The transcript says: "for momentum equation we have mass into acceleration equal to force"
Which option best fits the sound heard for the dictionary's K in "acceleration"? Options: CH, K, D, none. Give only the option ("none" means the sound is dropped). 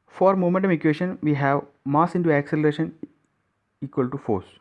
K